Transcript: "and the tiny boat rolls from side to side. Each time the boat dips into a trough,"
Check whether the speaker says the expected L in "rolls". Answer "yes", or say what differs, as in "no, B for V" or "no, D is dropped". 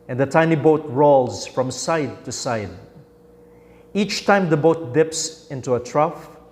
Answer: yes